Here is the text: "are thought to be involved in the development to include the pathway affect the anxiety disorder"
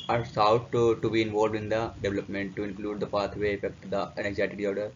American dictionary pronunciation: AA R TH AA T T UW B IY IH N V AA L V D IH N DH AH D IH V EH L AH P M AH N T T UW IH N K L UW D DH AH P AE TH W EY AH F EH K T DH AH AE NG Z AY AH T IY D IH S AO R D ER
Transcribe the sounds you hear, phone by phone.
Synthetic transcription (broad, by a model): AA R S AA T T UW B IY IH N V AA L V D IH N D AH D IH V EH L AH P M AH N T T UW IH N K L UW D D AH P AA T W EY AH F EH K T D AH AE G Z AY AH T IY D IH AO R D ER